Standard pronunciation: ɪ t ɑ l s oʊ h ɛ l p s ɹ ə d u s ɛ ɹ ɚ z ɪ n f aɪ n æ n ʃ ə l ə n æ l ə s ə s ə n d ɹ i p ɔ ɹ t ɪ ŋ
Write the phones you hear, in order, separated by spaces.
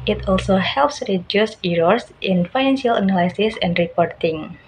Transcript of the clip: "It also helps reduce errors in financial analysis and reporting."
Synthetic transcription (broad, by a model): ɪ t ɑ l s oʊ h ɛ l p s ɹ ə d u s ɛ ɹ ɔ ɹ ɪ n f aɪ n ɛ n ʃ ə l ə n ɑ l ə s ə s ə n d ɹ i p ɔ ɹ t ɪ ŋ